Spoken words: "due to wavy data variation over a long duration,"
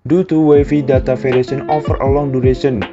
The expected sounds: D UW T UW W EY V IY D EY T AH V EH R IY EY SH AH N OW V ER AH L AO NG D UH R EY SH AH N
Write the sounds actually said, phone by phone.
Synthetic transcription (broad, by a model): D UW T UW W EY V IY D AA T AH F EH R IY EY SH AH N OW F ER AH L AO NG D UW R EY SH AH N